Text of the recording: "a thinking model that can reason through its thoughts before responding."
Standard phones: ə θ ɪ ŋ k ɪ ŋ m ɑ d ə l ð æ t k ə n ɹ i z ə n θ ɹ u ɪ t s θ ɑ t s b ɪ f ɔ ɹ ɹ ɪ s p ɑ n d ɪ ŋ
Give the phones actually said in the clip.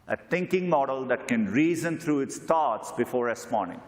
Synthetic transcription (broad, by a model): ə t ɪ ŋ k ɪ ŋ m ɑ d ə l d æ t k ə n ɹ i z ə n t ɹ u ɪ t s t ɑ t s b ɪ f ɔ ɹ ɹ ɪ s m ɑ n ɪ ŋ